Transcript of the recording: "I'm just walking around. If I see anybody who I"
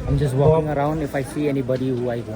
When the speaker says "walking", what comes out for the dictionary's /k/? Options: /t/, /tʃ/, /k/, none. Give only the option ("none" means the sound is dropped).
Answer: none